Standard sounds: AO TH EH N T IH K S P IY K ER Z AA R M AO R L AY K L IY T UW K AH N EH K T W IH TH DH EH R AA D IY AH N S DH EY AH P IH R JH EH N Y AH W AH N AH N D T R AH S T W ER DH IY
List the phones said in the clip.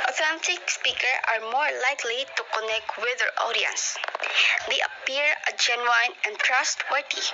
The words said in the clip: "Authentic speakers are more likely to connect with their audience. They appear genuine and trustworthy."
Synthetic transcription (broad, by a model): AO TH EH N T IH K S P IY K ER AA R M AO R L AY K L IY T UW K AH N EH K T W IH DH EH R AA D IY AH N S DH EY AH P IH R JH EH N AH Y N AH N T R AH S T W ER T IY